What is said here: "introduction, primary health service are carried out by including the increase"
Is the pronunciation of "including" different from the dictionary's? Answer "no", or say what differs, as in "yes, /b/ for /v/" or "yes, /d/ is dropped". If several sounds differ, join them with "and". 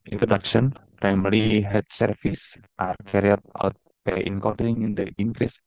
yes, /l/ is dropped